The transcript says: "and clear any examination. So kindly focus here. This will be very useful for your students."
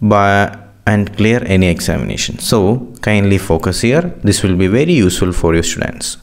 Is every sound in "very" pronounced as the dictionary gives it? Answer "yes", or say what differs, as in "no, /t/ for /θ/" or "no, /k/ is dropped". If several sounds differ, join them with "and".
yes